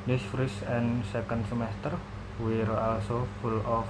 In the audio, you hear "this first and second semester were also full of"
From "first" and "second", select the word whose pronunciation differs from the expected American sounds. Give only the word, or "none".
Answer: first